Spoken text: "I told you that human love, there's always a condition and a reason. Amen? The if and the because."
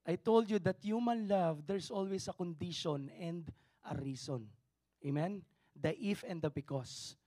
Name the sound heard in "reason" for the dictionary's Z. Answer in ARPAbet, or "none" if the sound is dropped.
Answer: S